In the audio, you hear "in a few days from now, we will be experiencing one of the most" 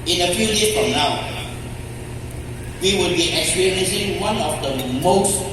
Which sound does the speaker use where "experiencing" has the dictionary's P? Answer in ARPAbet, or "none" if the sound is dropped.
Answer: none